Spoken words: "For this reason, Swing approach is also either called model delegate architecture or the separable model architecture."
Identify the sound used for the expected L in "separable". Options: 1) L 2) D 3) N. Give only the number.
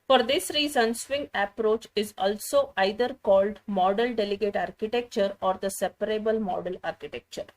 1